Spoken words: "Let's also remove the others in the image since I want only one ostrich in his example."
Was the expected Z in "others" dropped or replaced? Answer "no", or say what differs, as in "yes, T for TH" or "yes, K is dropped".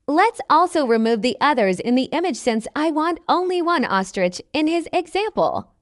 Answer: no